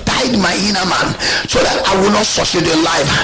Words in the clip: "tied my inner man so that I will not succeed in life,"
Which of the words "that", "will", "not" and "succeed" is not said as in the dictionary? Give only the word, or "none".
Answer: succeed